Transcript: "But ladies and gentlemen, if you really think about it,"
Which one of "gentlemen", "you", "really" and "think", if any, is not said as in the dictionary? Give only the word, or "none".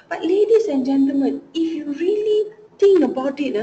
think